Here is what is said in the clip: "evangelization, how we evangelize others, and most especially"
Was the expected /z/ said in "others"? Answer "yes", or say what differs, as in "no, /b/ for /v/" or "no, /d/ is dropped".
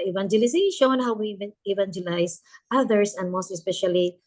no, /s/ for /z/